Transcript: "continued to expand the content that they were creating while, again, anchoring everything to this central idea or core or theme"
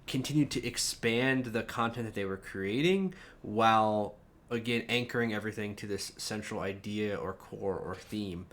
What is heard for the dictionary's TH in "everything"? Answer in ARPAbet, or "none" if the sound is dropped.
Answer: TH